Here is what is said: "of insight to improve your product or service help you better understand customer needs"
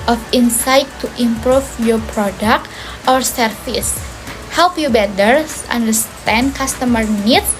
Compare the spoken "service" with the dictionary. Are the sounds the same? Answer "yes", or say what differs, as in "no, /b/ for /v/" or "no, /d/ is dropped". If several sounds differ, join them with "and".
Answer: no, /f/ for /v/